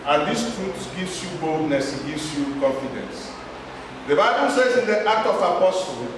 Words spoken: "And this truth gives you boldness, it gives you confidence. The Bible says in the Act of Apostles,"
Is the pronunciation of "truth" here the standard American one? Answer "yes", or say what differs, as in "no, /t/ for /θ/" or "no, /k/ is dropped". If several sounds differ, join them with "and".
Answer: no, /s/ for /θ/